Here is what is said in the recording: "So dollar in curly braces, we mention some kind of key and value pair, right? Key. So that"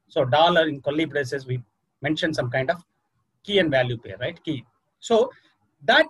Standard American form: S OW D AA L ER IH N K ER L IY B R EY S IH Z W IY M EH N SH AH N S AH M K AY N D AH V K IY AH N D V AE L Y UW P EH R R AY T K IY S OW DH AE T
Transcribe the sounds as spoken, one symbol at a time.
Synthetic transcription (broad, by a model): S OW D AA L ER IH N K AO L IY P R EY S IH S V IY M EH N SH AH N S AH M K AY N D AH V K IY AH N D V AE L Y UW P EH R R AY T K IY S OW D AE T